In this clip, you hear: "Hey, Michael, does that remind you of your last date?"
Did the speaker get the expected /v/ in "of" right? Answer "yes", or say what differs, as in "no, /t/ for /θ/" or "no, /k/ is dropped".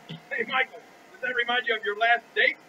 yes